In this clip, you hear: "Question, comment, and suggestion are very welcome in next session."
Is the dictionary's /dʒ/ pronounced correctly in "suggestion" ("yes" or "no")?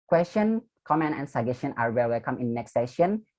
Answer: no